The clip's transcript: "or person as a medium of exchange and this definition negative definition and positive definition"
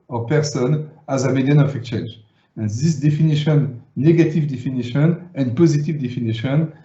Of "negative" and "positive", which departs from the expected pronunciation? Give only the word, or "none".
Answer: none